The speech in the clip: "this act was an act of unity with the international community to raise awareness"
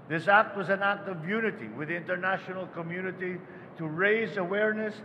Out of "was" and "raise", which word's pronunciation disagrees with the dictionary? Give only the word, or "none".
none